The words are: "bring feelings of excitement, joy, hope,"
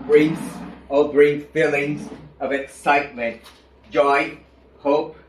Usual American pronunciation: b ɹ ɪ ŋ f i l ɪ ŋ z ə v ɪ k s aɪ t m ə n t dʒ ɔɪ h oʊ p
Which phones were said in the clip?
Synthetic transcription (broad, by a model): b ɹ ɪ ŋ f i l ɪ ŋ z ə v ɪ k s aɪ t m ə n t dʒ ɔɪ h oʊ p